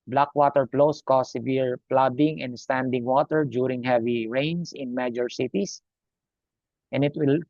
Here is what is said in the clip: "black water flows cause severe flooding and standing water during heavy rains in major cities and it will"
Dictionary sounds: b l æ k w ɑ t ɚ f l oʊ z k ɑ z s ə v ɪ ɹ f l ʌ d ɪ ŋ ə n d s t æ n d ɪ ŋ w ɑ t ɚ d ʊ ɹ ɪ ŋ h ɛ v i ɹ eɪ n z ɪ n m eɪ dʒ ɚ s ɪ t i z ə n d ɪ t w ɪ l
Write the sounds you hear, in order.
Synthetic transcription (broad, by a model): b l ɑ k w ɑ t ɚ p l oʊ s k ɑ s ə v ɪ ɹ p l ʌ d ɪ ŋ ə n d s t æ n d ɪ ŋ w ɑ t ɚ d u ɹ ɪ ŋ h ɛ v i ɹ eɪ n s ɪ n m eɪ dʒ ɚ s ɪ t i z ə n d ɪ t w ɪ l